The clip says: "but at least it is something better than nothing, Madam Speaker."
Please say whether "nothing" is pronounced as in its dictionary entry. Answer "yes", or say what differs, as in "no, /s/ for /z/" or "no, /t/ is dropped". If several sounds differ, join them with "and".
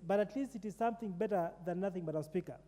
yes